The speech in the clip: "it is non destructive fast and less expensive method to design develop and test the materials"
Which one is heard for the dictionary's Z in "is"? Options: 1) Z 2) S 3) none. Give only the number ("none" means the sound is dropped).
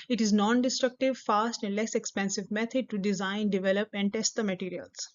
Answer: 1